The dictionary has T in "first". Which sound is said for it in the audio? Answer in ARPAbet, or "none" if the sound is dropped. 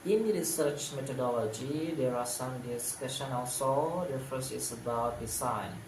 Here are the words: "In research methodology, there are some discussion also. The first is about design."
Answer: none